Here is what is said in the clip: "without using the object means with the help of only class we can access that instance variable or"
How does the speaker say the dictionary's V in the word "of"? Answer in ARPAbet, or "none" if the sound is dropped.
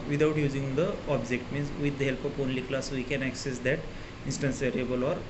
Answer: P